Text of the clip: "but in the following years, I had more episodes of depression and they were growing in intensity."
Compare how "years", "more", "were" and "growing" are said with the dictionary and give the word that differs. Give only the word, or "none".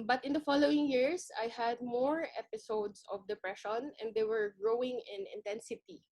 years